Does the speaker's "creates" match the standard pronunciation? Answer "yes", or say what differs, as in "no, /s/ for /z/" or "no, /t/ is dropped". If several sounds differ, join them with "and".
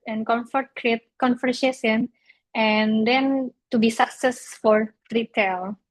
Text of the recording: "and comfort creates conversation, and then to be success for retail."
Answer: no, /s/ is dropped